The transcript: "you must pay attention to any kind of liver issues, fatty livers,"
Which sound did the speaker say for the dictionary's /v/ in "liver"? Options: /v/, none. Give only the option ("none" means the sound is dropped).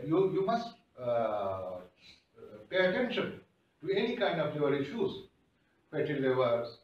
none